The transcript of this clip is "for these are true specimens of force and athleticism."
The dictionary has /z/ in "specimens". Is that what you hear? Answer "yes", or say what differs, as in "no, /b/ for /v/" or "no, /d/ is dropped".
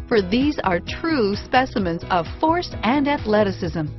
yes